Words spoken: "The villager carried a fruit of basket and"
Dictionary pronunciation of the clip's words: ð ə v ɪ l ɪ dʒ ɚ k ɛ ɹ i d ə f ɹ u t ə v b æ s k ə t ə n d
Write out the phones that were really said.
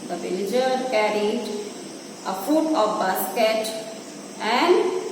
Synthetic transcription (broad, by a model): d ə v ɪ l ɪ dʒ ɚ k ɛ ɹ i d ə f u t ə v b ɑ s k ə t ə n d